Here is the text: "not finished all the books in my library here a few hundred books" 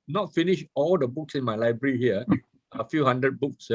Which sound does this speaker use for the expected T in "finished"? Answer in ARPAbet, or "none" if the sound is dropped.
none